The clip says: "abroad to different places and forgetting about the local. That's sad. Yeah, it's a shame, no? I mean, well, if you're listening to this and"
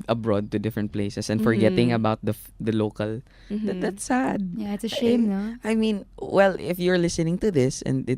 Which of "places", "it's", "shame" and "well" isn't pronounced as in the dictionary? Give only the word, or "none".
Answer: places